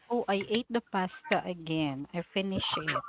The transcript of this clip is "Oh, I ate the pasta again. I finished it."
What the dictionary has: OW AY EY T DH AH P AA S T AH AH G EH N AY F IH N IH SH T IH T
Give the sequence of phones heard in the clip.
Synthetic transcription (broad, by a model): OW AY EY T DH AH P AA S T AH AH G EH N AY F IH N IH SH IH T